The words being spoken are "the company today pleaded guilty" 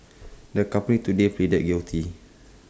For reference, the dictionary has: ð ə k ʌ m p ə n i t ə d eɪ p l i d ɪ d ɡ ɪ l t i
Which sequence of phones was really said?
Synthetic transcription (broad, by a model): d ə k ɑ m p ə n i t ə d eɪ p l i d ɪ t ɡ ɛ w t i